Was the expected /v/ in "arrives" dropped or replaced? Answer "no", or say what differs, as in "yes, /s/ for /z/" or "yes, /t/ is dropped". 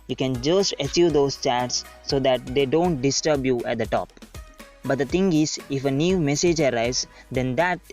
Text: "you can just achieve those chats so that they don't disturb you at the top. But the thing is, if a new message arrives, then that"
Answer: yes, /v/ is dropped